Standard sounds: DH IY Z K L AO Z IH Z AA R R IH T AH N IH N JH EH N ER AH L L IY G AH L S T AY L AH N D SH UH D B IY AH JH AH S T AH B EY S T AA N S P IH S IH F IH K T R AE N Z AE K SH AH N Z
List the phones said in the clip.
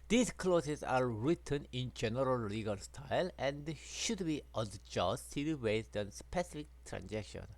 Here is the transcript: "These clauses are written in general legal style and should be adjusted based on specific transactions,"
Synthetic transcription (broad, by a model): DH IY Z K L AO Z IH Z AA R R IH T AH N IH N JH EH N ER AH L L IY G AH L S T AY L AH N D SH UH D B IY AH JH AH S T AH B EY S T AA N S P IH S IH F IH K T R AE N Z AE K SH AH N